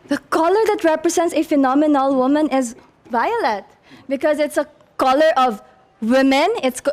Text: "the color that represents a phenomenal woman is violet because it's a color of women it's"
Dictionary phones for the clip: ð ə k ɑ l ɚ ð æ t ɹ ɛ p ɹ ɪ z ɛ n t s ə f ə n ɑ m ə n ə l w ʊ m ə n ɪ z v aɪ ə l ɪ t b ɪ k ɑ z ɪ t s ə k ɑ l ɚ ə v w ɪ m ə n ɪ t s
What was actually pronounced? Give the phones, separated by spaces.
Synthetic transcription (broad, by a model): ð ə k ɑ l ɚ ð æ t ɹ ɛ p ɹ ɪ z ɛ n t s ə f ə n ɑ m ə n ə l w ʊ m ə n ɪ z v aɪ ə l ɪ t b ɪ k ɑ z ɪ t s ə k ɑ l ɚ ə v w ɪ m ə n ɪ t s